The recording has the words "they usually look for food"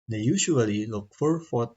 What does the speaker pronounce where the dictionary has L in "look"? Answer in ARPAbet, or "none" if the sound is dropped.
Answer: L